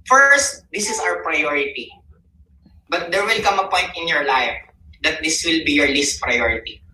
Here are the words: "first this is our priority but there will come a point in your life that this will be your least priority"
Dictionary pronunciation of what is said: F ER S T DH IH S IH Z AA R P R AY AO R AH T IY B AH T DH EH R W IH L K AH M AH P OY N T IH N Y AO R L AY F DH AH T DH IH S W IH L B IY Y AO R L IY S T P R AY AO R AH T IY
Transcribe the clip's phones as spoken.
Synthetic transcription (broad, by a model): F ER S T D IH S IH S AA W P R AY AO R AH T IY B AH T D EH R W IH L K AH M AH P OY N T IH N Y AO R L AY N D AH T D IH S W IH L B IY Y AO R L IY S T P R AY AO R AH T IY